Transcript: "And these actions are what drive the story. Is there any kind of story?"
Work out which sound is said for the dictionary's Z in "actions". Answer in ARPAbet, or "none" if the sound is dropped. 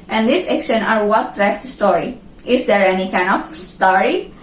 none